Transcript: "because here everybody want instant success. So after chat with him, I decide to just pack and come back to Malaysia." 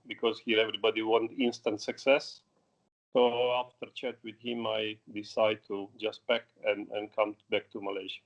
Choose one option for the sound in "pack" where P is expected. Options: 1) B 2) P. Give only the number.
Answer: 1